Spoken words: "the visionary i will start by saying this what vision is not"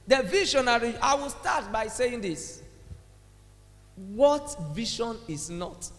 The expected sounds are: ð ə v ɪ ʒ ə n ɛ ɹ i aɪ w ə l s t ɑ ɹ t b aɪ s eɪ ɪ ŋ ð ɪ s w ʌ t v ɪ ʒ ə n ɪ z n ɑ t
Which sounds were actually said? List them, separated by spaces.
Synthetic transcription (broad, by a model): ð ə v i ʃ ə n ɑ ɹ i aɪ w ə l s t ɑ t b aɪ s eɪ ɪ ŋ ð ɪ s w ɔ t v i ʃ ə n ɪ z n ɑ t